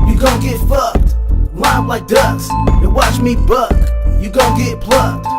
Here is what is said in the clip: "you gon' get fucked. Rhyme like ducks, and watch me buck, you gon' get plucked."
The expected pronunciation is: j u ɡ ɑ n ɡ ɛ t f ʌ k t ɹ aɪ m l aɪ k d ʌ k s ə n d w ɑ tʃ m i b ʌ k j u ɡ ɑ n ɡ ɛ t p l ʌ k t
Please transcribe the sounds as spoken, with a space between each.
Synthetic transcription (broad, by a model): j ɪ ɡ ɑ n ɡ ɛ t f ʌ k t w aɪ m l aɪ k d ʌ s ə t w ɑ tʃ m i b ʌ k j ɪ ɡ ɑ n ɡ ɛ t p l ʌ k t